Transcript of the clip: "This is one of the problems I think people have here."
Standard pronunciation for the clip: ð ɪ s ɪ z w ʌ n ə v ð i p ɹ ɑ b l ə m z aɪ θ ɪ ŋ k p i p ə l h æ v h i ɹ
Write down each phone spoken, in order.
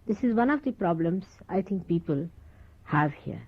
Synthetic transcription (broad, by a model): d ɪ s ɪ z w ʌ n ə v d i p ɹ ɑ b l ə m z aɪ t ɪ ŋ k p i p ə l h æ v h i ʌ